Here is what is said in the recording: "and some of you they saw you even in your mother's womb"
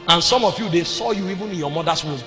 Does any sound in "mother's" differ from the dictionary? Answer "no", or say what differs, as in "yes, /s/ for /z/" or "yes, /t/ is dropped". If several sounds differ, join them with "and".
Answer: yes, /s/ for /z/